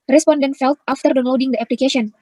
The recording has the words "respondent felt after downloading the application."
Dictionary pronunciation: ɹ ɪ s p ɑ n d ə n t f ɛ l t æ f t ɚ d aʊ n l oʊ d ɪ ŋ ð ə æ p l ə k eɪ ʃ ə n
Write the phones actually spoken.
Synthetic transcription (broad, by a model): ɹ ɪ s p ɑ n d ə n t f ɛ l t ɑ f t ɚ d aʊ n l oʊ d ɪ ŋ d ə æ p l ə k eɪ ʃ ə n